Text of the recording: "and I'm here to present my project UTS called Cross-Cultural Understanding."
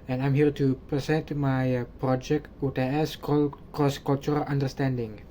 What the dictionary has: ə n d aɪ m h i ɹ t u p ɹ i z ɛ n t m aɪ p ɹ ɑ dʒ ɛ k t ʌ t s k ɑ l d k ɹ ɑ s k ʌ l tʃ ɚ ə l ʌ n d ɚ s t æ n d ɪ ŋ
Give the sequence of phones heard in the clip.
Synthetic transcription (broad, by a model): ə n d aɪ m h i ɹ t u p ɹ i s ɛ n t m aɪ p ɹ ɑ dʒ ɛ k t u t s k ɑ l k ɑ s k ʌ l tʃ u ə l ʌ n d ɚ s t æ n d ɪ ŋ